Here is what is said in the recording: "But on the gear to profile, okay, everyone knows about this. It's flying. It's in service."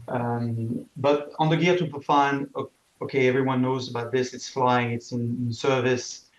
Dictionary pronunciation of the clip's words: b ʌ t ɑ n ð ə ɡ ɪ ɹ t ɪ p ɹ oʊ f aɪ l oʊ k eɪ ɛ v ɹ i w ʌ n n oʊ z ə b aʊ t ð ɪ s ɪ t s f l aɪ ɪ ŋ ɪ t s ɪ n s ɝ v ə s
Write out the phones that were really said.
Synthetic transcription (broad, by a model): b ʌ t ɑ n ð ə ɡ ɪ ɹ t ɪ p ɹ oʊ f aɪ n oʊ k eɪ ɛ v ɹ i w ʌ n n oʊ z ə b aʊ t ð ɪ s ɪ t s f l aɪ ɪ ŋ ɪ t s ɪ n s ɝ v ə s